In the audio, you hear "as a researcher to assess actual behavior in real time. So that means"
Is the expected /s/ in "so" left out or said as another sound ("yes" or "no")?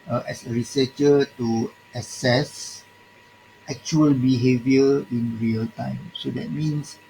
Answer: no